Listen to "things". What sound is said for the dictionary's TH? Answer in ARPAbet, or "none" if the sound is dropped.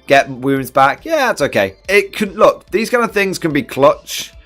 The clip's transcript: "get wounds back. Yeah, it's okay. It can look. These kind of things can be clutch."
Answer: TH